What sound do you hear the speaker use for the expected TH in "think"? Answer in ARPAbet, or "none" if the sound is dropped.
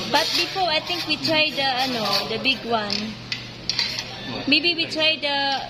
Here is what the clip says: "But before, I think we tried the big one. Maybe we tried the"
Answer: T